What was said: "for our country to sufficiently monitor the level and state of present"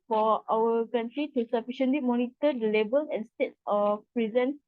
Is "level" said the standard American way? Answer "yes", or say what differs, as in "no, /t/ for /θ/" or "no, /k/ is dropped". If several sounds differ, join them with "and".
no, /b/ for /v/